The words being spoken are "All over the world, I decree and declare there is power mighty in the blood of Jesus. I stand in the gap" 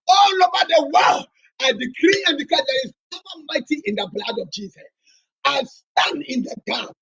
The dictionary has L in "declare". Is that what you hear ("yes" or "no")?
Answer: no